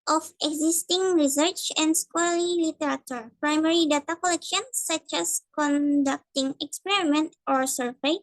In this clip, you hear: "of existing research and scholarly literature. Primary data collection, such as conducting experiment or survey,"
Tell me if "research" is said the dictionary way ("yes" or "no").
yes